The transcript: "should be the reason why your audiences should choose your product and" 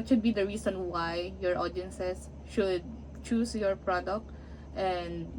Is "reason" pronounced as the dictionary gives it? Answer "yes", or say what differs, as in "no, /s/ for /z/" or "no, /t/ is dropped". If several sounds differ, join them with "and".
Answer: no, /s/ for /z/